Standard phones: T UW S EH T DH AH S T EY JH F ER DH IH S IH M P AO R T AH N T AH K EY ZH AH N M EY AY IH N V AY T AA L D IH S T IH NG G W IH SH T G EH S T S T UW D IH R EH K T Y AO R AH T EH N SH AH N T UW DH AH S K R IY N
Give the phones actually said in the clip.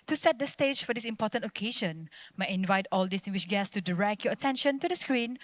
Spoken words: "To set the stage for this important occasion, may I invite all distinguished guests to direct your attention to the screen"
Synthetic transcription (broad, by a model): T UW S EH T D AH S T EY JH F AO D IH S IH M P AO T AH N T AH K EY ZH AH N M AY IH N V AY T AA L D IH S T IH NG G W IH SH G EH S S T UW D IH R EH K T Y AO AH T EH N SH AH N T UW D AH S K R IY N